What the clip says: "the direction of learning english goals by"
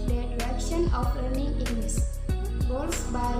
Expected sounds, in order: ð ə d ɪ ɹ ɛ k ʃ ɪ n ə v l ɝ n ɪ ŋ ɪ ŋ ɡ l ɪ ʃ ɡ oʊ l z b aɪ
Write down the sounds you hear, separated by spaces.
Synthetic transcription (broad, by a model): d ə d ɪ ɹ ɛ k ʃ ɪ n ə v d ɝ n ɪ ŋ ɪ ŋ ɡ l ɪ s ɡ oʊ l s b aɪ